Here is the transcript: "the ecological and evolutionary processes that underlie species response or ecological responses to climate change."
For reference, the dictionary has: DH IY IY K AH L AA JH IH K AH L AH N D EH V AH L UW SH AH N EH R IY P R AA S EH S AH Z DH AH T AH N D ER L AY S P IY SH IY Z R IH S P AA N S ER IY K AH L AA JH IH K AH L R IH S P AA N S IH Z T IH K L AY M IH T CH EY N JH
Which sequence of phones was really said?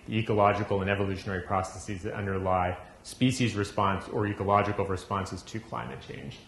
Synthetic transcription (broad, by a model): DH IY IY K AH L AA JH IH K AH L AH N EH V AH L UW SH AH N EH R IY P R AA S EH S AH Z DH AH T AH N D ER L AY S P IY SH IY Z R IH S P AA N S ER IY K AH L AA JH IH K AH L R IH S P AA N S IH Z T IH K L AY M IH T CH EY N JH